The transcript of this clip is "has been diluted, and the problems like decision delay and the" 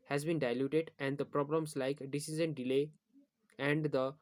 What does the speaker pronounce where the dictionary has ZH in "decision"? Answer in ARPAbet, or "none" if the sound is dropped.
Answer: Z